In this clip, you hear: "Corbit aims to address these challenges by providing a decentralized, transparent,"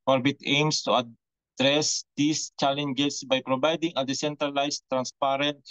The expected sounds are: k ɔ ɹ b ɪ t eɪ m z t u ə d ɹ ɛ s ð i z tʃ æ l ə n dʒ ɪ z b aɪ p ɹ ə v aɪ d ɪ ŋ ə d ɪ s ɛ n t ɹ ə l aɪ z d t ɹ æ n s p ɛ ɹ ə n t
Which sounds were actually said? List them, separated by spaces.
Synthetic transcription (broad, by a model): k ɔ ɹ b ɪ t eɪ m s t u ə d ɹ ɛ s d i s tʃ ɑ l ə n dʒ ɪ s b aɪ p ɹ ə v aɪ d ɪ ŋ ə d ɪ s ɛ n t ɹ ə l aɪ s t ɹ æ n s p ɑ ɹ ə n t